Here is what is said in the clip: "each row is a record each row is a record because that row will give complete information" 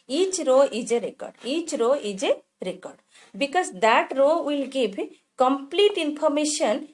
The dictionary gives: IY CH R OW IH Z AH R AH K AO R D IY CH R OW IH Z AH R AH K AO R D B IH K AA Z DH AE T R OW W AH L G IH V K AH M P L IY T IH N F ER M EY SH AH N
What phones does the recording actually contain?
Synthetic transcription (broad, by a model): IY CH R OW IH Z AH R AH K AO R D IY CH R OW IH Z AH R AH K AO R D B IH K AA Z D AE T R OW W AH L G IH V K AH M P L IY T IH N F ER M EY SH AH N